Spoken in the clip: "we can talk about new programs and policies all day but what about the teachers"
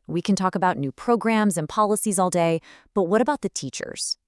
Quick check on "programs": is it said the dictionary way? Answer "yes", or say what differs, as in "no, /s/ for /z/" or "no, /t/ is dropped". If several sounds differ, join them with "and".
yes